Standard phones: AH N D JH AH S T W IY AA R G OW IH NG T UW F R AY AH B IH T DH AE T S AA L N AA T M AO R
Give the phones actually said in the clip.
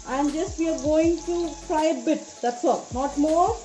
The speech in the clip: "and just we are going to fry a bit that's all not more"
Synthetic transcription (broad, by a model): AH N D JH AH S T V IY AA R G OW IH NG T UW P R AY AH B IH T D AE T S AA L N AA T M AO R